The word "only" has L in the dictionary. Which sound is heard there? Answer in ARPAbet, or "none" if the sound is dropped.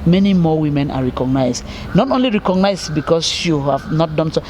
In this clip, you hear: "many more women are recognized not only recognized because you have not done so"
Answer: L